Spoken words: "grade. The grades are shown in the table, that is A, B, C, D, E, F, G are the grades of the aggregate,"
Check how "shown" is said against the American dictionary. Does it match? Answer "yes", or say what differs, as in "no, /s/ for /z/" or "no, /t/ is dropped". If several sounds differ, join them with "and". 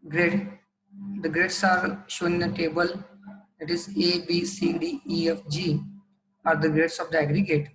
no, /n/ is dropped